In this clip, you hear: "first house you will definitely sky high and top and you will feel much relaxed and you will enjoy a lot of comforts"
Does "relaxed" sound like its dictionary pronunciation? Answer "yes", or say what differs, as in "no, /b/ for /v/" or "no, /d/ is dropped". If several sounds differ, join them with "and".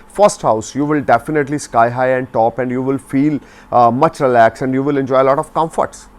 no, /t/ is dropped